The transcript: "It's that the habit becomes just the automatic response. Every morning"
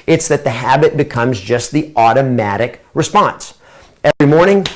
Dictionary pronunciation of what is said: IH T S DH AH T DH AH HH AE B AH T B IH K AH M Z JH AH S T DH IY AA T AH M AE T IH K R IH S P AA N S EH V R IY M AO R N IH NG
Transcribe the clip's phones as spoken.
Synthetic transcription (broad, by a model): IH T S DH AH T DH AH HH AE B AH T B IH K AH M Z JH AH S T DH IY AA T AH M AE T IH K R IH S P AA N S EH V R IY M AO R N IH NG